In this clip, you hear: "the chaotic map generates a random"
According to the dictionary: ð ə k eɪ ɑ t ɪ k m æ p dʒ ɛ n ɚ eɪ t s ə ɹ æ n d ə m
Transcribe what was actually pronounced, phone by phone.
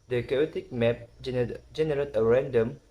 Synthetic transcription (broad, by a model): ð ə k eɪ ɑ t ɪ k m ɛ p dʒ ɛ n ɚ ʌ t ə ɹ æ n d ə m